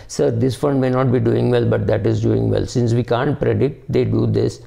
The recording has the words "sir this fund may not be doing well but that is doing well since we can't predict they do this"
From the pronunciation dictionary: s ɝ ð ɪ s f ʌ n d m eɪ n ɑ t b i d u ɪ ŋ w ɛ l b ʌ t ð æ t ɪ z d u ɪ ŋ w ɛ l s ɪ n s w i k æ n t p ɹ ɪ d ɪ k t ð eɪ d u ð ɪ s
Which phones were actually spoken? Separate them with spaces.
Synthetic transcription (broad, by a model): s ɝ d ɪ s f ʌ n d m eɪ n ɑ t b i d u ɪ ŋ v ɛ l b ʌ t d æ t ɪ z d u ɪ ŋ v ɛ l s ɪ n s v i k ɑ n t p ɹ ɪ d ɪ t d eɪ d u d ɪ s